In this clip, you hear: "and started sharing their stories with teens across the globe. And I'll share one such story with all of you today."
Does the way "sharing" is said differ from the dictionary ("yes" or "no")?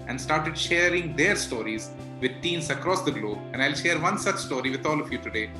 no